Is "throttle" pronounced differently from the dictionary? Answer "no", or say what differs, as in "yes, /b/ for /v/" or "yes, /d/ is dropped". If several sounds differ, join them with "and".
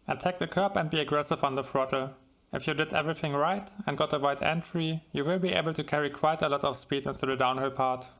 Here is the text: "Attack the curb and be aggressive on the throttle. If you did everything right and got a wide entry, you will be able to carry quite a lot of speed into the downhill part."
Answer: yes, /f/ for /θ/